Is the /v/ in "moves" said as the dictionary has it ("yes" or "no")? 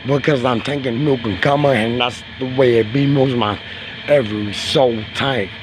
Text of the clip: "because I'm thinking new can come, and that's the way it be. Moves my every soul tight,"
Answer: no